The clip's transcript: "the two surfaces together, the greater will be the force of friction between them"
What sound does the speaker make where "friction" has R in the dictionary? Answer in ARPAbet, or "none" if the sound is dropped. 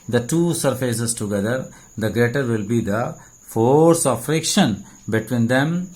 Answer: R